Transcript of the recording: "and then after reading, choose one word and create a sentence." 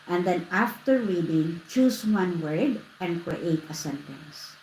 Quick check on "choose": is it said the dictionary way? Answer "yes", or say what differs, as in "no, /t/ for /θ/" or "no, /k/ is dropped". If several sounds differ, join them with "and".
no, /s/ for /z/